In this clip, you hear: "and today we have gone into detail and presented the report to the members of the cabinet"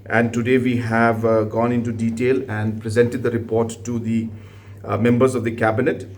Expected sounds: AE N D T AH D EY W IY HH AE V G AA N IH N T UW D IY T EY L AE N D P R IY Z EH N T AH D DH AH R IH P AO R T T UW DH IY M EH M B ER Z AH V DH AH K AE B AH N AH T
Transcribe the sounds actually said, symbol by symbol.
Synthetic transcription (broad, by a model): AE N D T AH D EY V IY HH AE V G AA N IH N T UW D IY T EY L AE N D P R IY Z EH N T AH D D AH R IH P AO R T T UW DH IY M EH M B ER Z AH V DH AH K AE B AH N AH T